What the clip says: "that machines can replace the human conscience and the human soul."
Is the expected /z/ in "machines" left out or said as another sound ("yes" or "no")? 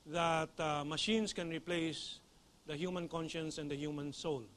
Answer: yes